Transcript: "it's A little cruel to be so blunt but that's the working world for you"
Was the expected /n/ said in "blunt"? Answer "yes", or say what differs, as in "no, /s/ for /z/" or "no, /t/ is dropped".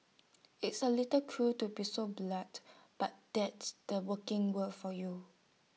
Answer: no, /n/ is dropped